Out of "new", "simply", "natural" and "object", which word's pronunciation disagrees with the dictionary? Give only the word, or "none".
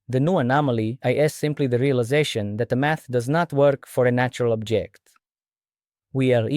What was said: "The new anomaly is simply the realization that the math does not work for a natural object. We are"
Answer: none